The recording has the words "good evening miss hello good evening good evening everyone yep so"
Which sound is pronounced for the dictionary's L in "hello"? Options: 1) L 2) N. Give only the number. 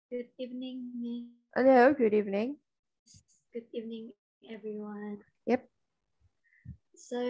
2